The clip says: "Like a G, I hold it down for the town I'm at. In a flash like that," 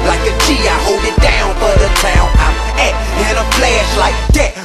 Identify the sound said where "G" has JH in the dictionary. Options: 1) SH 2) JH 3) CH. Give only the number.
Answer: 3